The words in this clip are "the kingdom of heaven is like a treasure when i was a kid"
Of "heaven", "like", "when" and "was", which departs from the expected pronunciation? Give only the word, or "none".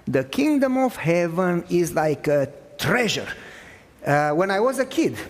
none